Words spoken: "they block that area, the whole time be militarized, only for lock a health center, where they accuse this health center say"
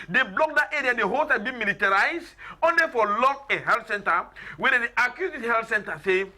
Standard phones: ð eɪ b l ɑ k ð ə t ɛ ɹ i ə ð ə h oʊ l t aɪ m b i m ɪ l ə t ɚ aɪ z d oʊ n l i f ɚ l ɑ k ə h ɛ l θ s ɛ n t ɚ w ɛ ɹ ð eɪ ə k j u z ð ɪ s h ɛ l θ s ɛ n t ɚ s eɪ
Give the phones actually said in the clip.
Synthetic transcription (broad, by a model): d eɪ b l ɑ k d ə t ɛ ɹ i ə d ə h oʊ l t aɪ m b i m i l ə t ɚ aɪ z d oʊ n l i f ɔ l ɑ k ə h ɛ l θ s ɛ n t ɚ w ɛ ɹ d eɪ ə k j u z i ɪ h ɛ l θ s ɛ n t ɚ s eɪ